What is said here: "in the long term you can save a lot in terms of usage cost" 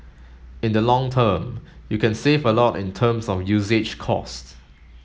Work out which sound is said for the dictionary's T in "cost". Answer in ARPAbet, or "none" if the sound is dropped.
T